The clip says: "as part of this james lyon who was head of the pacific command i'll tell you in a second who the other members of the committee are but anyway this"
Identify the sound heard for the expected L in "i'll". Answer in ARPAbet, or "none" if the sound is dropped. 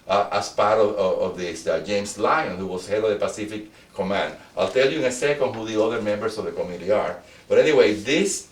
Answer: L